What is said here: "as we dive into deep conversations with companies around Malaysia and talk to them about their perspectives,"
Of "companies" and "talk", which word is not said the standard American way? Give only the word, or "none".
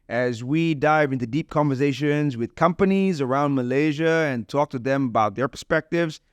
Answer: none